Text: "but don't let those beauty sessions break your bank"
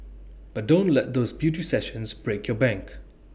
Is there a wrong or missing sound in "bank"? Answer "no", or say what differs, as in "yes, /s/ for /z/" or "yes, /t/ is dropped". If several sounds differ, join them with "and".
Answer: no